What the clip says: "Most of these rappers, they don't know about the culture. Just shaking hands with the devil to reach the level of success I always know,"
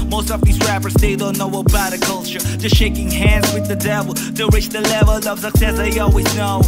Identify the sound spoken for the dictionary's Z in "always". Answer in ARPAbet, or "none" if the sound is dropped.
Z